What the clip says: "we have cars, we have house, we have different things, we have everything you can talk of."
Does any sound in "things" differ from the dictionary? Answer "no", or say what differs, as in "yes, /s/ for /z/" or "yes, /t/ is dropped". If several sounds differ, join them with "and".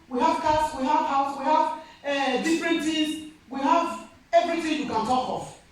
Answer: yes, /ŋ/ is dropped